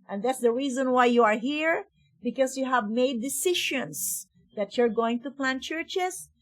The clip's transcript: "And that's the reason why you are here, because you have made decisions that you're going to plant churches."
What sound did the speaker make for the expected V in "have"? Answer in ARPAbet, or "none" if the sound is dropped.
V